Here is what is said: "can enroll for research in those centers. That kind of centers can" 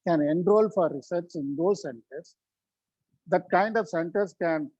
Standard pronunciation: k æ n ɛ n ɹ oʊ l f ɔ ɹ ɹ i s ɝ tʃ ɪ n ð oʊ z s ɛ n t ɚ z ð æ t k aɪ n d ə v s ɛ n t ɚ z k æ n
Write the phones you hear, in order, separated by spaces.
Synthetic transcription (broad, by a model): k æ n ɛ n ɹ oʊ l f ɔ ɹ ɹ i s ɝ s ɪ n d oʊ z s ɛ n t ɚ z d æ t k aɪ n d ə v s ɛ n t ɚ s k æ n